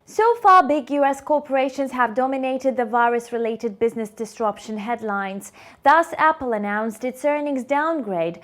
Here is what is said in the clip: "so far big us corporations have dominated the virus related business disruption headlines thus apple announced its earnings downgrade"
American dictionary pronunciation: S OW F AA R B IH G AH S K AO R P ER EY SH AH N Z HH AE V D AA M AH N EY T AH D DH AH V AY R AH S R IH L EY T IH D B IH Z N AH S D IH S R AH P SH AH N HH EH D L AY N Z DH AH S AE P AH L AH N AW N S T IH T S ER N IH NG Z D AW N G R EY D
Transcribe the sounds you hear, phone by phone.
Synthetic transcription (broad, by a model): S OW F AA R B IH G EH S K AO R P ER EY SH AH N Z HH AE V D AA M AH N EY T AH D DH AH V AY R AH S R IH L EY T IH D B IH Z N AH S D IH S R AH P SH AH N HH EH D L AY N Z DH AH S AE P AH L AH N AW N S T IH T S ER N IH NG Z D AW N G R EY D